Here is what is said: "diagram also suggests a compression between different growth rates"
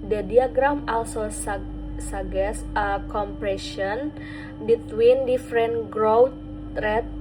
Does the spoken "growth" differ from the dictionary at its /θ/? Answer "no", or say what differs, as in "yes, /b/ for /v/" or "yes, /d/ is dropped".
yes, /t/ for /θ/